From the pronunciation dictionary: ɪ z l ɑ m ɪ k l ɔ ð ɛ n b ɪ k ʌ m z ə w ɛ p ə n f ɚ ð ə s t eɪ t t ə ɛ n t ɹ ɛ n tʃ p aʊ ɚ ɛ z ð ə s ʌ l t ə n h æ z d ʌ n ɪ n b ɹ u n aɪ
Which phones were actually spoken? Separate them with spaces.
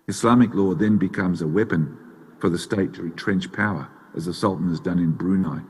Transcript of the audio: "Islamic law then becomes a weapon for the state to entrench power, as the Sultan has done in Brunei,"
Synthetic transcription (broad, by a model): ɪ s l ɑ m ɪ k l ɔ ð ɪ n b ɪ k ʌ m z ə w ɛ p ə n f ɚ ð ə s t eɪ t t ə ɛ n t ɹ ɛ n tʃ p aʊ ɚ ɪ z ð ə s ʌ l t n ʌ z d ʌ n ɪ n b ɹ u n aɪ